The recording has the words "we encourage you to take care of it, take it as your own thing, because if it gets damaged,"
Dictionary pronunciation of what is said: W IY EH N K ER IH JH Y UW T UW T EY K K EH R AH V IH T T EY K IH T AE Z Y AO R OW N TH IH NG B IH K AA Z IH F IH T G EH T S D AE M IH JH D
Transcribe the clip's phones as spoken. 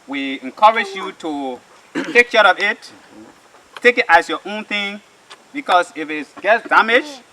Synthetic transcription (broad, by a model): W IY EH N K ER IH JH Y UW T UW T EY K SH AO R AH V IH T T EY K IH T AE S Y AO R OW N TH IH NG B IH K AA S IH F IH T G EH T S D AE M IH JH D